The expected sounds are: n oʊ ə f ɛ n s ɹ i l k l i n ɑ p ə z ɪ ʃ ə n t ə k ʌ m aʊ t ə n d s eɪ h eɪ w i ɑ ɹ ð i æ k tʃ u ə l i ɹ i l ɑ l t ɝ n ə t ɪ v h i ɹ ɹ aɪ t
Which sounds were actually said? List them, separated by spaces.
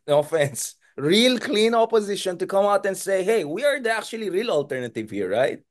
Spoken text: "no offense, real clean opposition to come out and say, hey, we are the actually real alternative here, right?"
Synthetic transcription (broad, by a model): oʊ ə f ɛ n s ɹ i l k l i n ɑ p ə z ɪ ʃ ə n t ə k ʌ m aʊ t ə n d s eɪ h eɪ w i ɑ ɹ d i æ k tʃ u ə l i ɹ i l ɑ l t ɝ n ə t ɪ v h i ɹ ɹ aɪ t